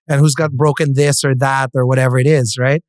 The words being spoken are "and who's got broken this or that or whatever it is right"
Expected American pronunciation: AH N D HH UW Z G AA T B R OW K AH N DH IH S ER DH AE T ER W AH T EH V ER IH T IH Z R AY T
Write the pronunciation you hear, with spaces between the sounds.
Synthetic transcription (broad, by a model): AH N HH UW Z G AA T B R OW K AH N DH IH S ER DH AE T ER W AH T EH V ER IH T IH Z R AY T